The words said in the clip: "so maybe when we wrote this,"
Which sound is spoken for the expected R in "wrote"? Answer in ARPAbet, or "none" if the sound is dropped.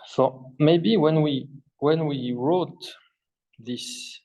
R